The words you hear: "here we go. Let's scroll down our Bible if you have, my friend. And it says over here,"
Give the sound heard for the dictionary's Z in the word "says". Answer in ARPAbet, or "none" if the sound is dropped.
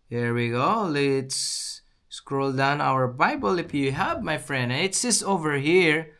S